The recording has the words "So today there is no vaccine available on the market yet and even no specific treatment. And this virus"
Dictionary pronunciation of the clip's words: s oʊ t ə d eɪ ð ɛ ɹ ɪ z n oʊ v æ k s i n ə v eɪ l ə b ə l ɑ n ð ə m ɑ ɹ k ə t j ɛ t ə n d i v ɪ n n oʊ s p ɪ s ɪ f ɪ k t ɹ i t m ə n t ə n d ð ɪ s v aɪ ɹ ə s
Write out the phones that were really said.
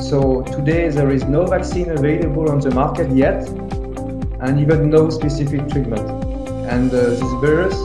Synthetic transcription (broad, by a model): s oʊ t ə d eɪ ð ɛ ɹ ɪ z n oʊ v æ k s i n ə v eɪ l ə b ə l ɑ n ð ə m ɑ ɹ k ə t j ɛ t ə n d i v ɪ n n oʊ s p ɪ s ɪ f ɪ k t ɹ i t m ə n t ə n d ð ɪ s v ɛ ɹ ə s